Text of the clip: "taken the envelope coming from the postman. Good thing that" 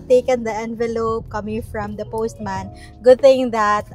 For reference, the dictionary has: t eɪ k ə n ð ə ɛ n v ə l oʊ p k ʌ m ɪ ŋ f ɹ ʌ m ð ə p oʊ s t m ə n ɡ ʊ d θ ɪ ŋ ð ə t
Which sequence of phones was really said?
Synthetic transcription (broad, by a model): t eɪ k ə n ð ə ɛ n v ə l oʊ p k ʌ m ɪ ŋ f ɹ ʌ m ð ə p oʊ s t m ə n ɡ ʊ d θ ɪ ŋ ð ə t